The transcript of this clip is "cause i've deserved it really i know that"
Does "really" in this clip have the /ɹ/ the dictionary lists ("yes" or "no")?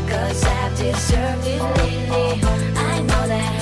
no